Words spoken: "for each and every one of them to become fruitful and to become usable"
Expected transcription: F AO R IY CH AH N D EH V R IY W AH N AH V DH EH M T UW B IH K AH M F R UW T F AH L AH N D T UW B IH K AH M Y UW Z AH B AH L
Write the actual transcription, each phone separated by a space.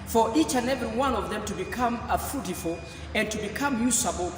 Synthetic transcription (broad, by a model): F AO R IY CH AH N EH V R IY W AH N AH V DH EH M T UW B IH K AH M F UW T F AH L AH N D T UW B IH K AH M Y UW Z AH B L